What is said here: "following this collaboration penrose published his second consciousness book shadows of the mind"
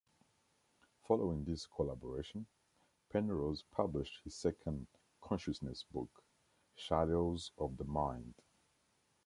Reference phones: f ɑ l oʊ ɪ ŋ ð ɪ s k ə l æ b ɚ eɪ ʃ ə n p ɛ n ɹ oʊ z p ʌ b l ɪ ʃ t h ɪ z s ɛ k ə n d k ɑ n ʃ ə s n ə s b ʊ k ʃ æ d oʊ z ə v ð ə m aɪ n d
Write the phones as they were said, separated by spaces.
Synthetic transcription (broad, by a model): f ɑ l oʊ ɪ ŋ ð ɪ s k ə l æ b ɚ eɪ ʃ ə n p ɛ n ɹ oʊ z p ʌ b l ɪ ʃ t h ɪ z s ɛ k ə n d k ɑ n ʃ ə s n ə s b ʊ k ʃ æ d oʊ z ə v ð ə m aɪ n d